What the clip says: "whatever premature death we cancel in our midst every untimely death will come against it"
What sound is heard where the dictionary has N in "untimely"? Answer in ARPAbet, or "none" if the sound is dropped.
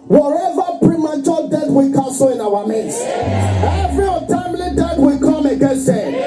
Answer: none